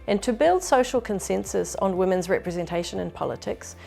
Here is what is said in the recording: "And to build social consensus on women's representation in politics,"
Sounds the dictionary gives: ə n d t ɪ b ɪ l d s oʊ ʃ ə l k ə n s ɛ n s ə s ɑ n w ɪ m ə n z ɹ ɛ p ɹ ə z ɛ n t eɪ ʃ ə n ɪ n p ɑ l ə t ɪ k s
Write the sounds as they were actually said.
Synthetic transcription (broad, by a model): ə n t ɪ b ɪ l d s oʊ ʃ ə l k ə n s ɛ n s ə s n w ɪ m ə n z ɹ ɛ p ɹ ə z ɛ n t eɪ ʃ ə n ɪ n p ɑ l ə t ɪ k s